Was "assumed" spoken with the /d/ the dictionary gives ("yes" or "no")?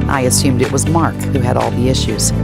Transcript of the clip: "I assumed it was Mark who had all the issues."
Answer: yes